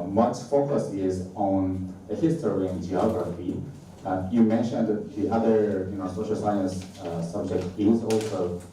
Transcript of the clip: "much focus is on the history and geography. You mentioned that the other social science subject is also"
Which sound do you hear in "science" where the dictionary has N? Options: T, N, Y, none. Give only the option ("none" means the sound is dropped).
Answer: N